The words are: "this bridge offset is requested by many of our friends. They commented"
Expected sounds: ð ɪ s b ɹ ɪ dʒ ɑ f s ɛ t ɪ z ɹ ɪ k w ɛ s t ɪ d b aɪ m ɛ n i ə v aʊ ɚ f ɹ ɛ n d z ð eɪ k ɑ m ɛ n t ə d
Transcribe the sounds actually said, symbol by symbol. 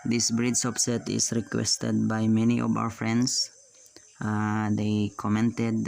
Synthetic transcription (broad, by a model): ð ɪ s b ɹ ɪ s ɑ p s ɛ t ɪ s ɹ ɪ k w ɛ s t ɪ d b aɪ m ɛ n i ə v aʊ ɚ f ɹ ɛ n d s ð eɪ k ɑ m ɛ n t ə d